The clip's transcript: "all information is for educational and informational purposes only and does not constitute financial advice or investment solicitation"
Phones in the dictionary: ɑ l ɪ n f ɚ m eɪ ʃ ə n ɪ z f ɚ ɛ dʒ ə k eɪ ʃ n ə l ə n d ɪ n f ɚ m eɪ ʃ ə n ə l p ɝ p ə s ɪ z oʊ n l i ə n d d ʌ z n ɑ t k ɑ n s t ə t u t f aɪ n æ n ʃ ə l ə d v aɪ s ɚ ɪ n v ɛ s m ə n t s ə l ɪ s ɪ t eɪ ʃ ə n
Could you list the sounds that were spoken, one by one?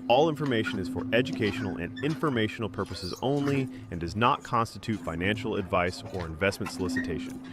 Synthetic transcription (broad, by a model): ɑ l ɪ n f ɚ m eɪ ʃ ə n ɪ z f ɚ ɛ dʒ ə k eɪ ʃ n l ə n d ɪ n f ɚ m eɪ ʃ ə n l p ɝ p ə s ɪ z oʊ n l i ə n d d ʌ z n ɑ t k ɑ n s t ə t u t f aɪ n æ n ʃ l ə d v aɪ s ɚ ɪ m v ɛ s m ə n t s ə l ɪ s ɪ t eɪ ʃ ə n